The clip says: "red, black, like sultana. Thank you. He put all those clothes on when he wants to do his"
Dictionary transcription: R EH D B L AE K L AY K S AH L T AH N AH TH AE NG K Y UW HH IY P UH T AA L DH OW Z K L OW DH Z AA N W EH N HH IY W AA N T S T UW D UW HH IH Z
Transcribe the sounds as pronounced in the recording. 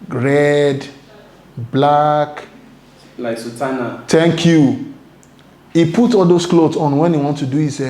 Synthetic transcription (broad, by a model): R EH D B L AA K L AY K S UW T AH N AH T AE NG K Y UW HH IY P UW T AA L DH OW S K L OW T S AA N W EH N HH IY W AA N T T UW D UW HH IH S